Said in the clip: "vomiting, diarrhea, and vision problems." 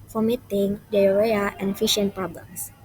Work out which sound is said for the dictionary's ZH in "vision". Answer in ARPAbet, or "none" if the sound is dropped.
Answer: SH